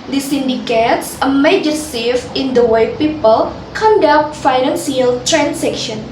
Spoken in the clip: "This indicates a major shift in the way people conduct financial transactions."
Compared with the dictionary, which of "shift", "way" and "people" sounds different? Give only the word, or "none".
shift